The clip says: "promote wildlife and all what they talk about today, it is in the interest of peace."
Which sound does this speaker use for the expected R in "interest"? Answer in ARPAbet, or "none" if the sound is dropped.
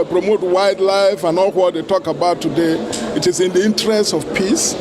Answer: R